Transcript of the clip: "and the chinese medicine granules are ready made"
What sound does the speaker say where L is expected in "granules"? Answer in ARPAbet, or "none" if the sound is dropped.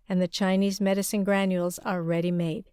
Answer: L